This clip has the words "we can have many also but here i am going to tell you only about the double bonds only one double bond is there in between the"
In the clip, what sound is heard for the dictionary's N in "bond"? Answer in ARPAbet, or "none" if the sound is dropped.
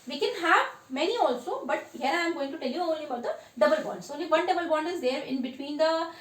N